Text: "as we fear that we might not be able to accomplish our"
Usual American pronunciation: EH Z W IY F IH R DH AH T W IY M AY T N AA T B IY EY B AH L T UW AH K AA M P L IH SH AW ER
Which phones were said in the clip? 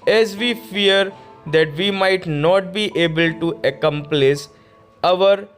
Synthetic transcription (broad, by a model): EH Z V IY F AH R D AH T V IY M AY T N AA T B IY EY B AH L T UW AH K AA M P L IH S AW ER